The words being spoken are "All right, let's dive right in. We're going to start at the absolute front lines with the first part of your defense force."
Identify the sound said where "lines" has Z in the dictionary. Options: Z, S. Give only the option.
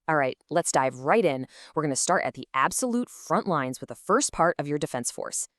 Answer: Z